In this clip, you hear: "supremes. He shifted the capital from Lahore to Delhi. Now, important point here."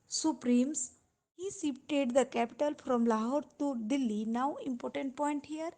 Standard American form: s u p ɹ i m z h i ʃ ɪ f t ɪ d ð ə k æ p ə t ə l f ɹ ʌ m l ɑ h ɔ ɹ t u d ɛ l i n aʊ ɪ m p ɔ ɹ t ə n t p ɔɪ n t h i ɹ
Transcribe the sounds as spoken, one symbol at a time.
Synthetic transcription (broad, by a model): s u p ɹ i m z h i s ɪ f t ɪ d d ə k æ p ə t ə l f ɹ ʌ m l ɑ h ɔ ɹ t u d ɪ l i n aʊ ɪ m p ɔ ɹ t ə n t p ɔɪ n t h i ɹ